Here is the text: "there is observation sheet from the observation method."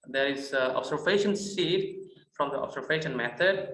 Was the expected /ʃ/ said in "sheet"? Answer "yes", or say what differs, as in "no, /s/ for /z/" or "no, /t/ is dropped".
no, /s/ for /ʃ/